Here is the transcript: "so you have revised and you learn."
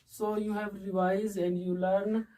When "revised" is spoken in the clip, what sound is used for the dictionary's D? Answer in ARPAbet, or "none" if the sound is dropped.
none